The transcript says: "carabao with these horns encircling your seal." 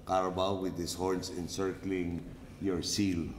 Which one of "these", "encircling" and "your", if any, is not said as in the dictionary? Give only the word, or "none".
these